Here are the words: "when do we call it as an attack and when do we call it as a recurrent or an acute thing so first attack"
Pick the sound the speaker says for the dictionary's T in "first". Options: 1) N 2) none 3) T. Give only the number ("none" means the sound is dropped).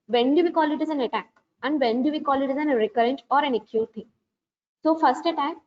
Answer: 3